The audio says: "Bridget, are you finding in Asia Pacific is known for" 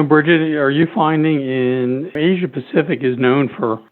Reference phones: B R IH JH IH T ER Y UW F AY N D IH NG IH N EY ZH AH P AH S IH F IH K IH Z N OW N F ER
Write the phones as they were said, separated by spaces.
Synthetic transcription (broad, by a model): B R IH JH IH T ER Y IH F AY N D IH NG IH N EY ZH AH P AH S IH F IH K IH Z N OW N F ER